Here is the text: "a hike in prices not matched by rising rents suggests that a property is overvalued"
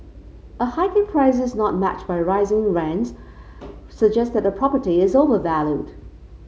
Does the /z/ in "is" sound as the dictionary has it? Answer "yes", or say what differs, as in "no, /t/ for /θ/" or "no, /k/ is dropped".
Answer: yes